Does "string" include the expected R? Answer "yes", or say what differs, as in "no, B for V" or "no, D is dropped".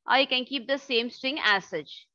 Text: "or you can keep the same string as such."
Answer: no, R is dropped